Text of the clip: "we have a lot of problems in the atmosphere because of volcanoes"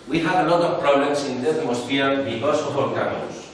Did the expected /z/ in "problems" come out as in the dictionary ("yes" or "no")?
no